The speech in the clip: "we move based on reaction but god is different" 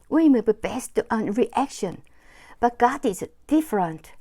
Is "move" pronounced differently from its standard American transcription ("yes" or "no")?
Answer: yes